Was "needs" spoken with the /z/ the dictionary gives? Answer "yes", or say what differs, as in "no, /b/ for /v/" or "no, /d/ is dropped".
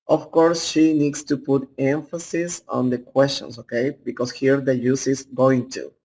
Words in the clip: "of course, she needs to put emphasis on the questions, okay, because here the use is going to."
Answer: no, /s/ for /z/